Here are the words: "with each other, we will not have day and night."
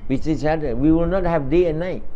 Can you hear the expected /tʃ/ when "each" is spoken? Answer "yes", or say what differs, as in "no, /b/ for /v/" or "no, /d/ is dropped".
no, /s/ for /tʃ/